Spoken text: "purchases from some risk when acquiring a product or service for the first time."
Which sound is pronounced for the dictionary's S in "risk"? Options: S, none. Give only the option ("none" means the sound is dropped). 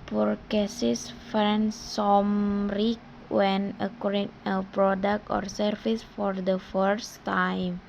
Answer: none